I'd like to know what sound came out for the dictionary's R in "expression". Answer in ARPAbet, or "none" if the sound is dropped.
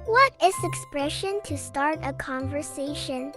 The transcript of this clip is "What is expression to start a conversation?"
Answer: R